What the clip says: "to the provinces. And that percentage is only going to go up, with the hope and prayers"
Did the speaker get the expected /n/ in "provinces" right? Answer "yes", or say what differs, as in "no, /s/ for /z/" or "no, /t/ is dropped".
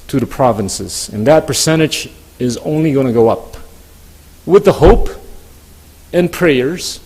yes